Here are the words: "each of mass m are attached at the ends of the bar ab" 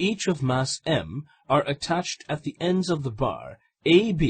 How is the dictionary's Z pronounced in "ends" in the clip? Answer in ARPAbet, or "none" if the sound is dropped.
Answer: Z